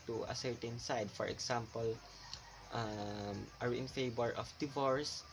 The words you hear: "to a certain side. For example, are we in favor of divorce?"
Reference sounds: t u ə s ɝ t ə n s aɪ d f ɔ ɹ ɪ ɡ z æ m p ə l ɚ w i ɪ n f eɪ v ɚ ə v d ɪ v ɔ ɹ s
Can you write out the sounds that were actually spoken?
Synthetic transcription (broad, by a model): t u ə s ɝ t ə n s aɪ d f ɔ ɹ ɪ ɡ s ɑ m p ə l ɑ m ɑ ɪ n f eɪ b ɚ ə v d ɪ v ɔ ɹ s